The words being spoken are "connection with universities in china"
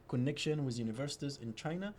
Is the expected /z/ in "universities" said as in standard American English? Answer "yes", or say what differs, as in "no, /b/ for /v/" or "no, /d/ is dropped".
yes